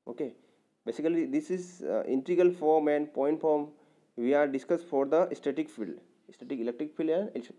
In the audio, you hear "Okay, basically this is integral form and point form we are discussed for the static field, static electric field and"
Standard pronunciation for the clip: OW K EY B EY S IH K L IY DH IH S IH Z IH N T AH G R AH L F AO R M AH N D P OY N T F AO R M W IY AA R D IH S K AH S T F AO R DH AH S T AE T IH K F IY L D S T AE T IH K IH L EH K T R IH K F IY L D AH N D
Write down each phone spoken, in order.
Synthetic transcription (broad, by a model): OW K EY B EY S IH K L IY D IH S IH Z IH N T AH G AH L F AO R M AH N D P OY N T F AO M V IY AA R D IH S K AH S T F AO R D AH S T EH T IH K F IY L D S T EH T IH K IH L EH K T R IH K F IY L D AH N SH